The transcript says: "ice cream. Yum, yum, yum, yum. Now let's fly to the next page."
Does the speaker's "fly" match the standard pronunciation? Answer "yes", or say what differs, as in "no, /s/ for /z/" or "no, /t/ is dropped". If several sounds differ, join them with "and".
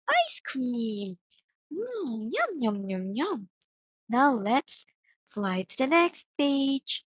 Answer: yes